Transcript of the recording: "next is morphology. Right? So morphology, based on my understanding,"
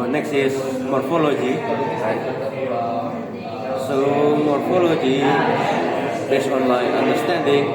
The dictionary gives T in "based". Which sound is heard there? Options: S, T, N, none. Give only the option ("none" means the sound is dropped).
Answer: none